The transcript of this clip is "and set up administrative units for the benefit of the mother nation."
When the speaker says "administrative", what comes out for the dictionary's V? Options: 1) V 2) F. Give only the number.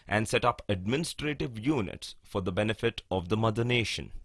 1